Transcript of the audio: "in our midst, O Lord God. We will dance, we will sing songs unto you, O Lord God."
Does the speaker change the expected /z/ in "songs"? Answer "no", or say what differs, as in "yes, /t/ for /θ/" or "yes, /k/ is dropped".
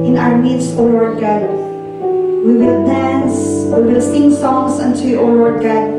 yes, /s/ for /z/